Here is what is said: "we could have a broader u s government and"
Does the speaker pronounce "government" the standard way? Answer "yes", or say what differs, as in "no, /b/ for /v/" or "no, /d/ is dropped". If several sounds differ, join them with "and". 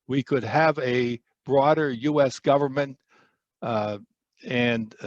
yes